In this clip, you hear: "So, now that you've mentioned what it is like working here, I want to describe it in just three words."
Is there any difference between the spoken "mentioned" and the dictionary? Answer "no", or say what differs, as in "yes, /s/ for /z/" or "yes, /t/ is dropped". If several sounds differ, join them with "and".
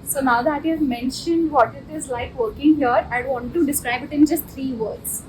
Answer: no